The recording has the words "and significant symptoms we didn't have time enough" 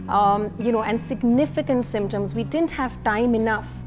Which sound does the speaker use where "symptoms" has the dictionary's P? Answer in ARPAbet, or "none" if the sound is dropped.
P